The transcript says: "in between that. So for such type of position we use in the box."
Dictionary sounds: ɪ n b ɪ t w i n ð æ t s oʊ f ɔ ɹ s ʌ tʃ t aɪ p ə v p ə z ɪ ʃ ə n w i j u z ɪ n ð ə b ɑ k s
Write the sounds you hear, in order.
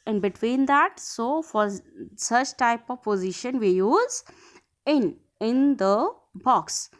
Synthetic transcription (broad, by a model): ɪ n b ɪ t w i n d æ t s oʊ f ɔ ɹ s ʌ tʃ t aɪ p ə v p ə z ɪ ʃ ə n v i j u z ɪ n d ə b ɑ k s